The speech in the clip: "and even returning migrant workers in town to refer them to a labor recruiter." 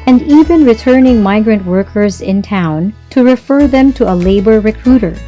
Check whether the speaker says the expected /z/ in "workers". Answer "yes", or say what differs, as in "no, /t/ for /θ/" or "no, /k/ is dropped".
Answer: yes